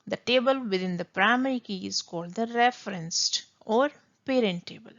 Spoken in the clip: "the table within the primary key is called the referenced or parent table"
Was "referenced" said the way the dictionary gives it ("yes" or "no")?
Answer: yes